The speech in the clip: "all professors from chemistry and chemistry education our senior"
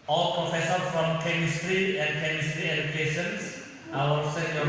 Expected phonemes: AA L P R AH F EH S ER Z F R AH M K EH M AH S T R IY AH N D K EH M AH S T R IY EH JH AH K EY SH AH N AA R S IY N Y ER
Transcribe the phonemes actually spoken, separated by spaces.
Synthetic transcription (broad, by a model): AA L P R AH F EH S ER F R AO M K EH M AH S T R IY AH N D K EH M AH S T R IY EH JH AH K EY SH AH N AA L S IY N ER